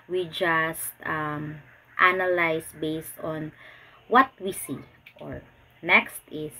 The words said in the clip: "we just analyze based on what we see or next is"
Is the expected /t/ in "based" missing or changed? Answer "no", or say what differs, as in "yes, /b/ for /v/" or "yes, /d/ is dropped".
no